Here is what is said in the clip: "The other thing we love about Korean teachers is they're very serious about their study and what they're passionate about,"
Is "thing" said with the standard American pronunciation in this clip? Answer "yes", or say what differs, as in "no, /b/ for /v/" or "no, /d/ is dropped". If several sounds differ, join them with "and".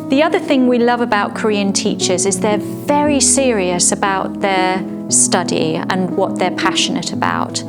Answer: yes